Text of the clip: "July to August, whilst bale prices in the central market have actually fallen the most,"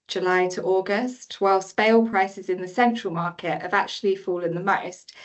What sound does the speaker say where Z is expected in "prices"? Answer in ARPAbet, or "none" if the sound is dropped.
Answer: Z